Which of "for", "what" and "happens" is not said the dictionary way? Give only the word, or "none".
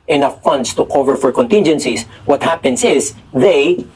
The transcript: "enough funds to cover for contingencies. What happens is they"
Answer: happens